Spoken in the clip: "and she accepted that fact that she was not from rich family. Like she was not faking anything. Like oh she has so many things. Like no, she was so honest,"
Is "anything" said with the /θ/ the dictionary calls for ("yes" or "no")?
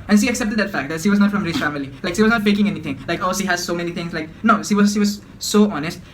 no